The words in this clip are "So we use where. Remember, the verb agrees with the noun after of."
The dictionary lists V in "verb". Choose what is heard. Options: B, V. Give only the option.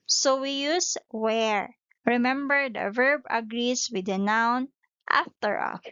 V